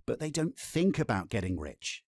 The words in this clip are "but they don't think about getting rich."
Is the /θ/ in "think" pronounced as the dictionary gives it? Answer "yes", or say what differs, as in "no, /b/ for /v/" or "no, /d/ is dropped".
yes